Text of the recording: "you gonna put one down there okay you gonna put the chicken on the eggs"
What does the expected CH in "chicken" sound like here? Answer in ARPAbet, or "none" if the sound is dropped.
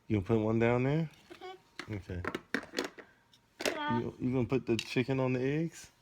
CH